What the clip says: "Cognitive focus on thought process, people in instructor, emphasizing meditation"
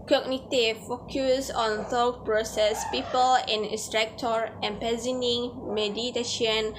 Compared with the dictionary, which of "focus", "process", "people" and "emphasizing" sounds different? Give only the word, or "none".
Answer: emphasizing